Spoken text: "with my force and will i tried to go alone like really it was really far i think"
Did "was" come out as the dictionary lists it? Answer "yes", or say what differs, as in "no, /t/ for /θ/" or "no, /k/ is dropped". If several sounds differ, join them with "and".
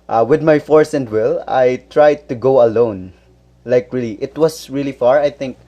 no, /s/ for /z/